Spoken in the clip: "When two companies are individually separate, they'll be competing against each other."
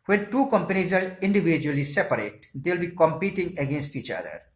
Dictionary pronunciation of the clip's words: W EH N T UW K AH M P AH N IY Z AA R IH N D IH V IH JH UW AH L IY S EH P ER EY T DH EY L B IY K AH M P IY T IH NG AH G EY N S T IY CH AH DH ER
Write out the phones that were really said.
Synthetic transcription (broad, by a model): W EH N T UW K AH M P AH N IY Z AA R IH N D IH V IH JH UW AH L IY S EH P ER EY T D EY L B IY K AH M P IY T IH NG AH G EY N S T IY CH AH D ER